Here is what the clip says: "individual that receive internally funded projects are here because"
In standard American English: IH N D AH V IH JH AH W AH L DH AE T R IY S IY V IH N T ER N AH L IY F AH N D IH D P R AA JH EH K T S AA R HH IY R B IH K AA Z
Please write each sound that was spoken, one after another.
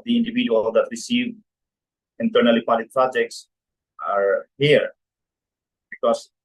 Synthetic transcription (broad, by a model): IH N D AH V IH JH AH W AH L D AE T R IY S IY V IH N T ER N AH L IY P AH D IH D P R AA JH EH K T S AA R HH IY R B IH K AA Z